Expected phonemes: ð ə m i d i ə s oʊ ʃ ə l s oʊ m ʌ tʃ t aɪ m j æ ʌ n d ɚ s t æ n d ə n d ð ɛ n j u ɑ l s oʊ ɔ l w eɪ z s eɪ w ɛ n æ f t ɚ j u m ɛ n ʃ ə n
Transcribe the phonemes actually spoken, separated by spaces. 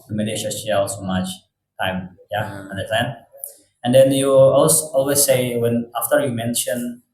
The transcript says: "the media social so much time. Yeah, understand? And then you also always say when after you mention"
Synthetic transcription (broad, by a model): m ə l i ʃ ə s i ə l s oʊ m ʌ tʃ t aɪ m j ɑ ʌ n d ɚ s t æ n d ə n d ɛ n j u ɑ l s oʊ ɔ l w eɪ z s eɪ w ɛ n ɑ f t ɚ j u m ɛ n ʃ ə n